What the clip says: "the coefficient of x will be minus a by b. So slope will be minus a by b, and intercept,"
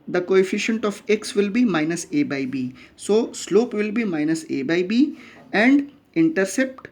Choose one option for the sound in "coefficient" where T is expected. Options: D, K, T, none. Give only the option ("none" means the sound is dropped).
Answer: T